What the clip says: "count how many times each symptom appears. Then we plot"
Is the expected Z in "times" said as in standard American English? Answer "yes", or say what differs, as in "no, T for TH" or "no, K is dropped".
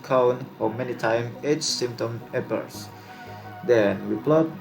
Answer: no, Z is dropped